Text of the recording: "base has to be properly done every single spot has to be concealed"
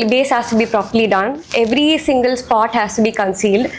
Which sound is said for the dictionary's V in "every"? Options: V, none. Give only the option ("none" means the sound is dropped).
V